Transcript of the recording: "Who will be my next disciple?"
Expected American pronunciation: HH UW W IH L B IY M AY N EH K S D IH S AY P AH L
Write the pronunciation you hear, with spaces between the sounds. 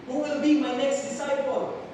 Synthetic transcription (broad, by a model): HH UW W IH L B IY M AY N EH K S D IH S AY P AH L